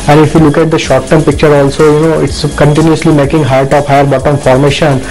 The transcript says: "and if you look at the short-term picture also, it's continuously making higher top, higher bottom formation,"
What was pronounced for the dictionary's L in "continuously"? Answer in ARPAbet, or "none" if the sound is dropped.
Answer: L